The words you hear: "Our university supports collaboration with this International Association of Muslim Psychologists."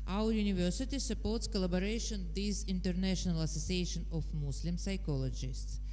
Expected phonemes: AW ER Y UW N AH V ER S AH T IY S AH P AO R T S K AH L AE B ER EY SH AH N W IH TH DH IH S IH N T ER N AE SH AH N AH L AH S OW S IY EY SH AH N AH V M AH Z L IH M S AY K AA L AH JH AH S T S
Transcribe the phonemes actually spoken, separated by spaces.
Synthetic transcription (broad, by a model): AW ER Y UW N AH V ER S AH T IY S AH P AO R T S K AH L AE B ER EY SH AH N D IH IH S IH N T ER N AE SH AH N AH L AH S OW S IY EY SH AH N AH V M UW S L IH M S AY K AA L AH JH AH S T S